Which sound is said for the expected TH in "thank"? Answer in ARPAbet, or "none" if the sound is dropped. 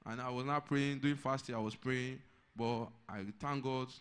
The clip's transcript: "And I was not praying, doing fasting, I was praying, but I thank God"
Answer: T